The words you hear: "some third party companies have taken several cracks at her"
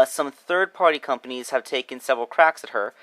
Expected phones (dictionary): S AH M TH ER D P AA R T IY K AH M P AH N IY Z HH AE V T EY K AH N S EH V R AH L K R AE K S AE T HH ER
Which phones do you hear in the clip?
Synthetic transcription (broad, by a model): S AH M TH ER D P AA R T IY K AH M P AH N IY Z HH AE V T EY K AH N S EH V R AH L K R AE K S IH T HH ER